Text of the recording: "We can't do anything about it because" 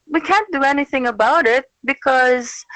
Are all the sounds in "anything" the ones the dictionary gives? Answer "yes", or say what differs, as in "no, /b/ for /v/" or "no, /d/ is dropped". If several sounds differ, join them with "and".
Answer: yes